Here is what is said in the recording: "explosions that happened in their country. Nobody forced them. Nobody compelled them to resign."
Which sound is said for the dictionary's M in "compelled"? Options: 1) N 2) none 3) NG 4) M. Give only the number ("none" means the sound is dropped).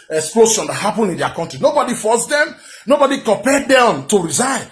2